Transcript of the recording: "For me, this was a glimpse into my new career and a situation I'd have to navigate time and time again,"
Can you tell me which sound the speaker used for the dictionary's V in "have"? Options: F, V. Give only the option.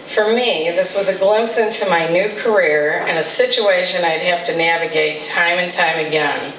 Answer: F